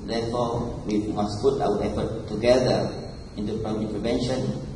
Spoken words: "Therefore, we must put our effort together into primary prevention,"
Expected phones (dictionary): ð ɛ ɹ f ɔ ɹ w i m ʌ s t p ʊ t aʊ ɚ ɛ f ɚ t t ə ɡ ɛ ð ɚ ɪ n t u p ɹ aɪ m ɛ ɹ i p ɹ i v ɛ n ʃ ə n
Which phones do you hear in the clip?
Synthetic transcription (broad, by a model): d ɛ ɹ f ɔ w i m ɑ s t p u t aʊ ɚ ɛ p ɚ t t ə ɡ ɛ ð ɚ ɪ n t u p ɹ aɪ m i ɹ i p ɹ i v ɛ n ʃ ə n